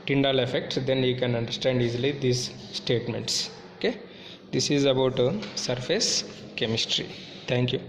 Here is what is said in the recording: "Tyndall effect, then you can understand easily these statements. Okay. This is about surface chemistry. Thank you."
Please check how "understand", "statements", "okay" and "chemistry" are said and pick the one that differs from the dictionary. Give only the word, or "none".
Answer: none